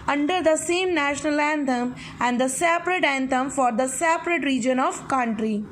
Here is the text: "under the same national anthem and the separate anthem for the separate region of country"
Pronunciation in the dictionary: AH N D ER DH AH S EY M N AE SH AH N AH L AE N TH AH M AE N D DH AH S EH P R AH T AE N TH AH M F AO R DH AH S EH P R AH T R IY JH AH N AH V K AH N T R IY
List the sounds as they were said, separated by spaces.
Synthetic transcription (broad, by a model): AH N D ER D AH S EY M N AE SH AH N AH L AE N T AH M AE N D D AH S EH P R AH T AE N T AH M F AO R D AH S EH P R AH T R IY JH AH N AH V K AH N T R IY